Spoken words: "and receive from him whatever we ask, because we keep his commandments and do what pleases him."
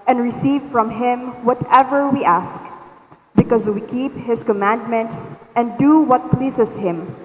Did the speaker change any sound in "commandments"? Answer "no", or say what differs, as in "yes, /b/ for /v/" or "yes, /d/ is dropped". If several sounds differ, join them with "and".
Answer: no